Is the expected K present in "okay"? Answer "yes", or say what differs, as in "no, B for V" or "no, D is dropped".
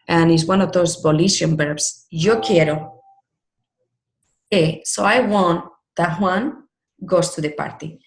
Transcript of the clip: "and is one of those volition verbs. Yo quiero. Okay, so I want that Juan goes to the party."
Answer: no, K is dropped